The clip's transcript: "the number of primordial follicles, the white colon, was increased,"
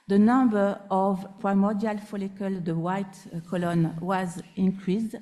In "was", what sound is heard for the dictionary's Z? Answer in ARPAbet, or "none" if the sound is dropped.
Z